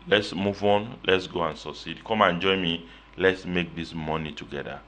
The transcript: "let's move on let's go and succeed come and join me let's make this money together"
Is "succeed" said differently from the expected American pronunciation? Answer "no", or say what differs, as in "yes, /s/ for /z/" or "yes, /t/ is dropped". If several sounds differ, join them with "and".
yes, /k/ is dropped